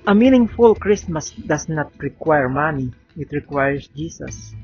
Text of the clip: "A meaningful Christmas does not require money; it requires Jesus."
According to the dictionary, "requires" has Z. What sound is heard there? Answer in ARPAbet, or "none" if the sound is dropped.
S